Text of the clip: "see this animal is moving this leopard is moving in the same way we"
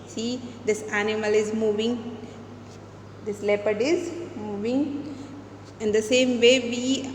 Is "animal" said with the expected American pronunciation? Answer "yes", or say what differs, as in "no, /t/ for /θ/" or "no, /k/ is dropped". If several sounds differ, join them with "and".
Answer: yes